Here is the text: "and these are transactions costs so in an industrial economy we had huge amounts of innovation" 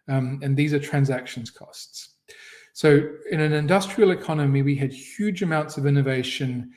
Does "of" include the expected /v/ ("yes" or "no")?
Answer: yes